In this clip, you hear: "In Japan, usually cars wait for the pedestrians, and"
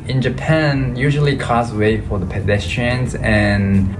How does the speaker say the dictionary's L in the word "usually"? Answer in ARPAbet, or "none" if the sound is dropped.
L